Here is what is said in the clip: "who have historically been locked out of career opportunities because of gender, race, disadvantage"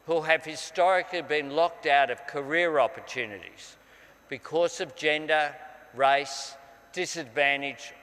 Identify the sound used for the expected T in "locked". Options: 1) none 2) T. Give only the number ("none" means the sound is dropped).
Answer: 2